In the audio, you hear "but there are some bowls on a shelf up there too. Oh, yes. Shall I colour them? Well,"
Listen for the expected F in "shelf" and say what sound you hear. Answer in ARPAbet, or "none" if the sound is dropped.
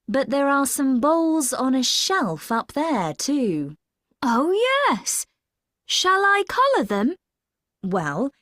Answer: F